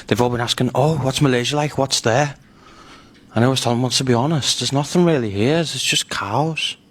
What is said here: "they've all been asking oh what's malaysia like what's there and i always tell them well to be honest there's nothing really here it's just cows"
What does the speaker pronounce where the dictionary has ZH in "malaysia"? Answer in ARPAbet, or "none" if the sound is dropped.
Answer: ZH